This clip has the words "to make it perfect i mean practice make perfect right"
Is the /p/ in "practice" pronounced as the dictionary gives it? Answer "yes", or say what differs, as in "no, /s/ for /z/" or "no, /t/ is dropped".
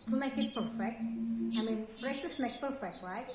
no, /b/ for /p/